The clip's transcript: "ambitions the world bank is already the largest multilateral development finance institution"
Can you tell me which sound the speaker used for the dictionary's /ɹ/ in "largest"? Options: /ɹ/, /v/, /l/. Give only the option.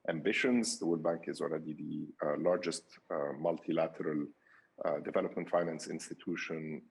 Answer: /ɹ/